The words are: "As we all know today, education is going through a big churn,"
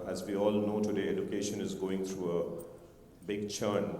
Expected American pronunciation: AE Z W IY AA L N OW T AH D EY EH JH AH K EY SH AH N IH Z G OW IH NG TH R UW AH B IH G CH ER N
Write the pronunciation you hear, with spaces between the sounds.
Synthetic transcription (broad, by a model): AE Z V IY AA L N OW T AH D EY EH JH AH K EY SH AH N IH Z G OW IH NG T R UW AH B IH G CH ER N